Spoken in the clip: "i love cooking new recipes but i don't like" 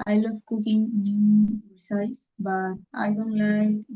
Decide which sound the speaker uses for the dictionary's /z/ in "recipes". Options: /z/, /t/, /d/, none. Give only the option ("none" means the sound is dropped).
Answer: none